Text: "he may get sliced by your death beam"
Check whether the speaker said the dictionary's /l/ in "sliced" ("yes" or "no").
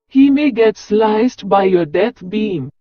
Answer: yes